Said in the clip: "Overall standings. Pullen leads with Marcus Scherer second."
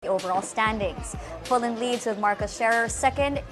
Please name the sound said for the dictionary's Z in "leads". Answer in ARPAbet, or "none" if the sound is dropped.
Z